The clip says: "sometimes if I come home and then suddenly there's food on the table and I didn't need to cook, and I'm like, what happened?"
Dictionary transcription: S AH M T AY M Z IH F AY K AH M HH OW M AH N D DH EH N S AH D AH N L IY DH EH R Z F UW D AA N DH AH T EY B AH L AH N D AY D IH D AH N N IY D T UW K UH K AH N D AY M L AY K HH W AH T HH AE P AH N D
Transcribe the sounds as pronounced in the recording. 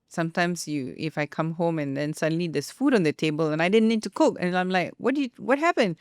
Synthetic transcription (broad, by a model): S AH M T AY M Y IH F AY K AH M HH OW M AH N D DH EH N S AH D AH N L IY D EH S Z F UW D AA N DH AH T EY B AH L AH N AY D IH D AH N N IY D T UW K UH K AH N AY M L AY K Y W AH T HH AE P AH N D